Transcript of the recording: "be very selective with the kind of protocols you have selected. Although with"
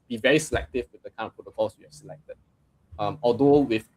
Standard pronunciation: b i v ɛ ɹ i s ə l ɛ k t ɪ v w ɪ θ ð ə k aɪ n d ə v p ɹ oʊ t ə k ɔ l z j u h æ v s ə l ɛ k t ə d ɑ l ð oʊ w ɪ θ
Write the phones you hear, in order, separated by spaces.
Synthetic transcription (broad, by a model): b i v ɛ ɹ i s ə l ɛ k t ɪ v w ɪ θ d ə k aɪ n ə f p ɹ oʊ t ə k ɔ l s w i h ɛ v s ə l ɛ k t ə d ɑ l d oʊ w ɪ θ